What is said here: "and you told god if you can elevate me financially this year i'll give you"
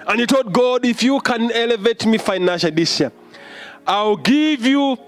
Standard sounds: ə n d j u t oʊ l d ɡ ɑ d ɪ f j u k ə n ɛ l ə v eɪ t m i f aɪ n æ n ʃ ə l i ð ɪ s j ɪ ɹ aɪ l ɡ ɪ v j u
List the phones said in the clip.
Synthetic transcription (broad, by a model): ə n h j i t oʊ l d ɡ ɑ d ɪ f j u k ə n ɛ l ə v eɪ t m i f aɪ n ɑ n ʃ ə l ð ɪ s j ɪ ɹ aɪ l ɡ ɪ v j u